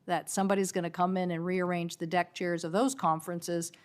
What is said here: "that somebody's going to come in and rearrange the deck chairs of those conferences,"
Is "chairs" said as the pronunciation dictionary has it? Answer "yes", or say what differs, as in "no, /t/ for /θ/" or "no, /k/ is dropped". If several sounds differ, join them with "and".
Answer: yes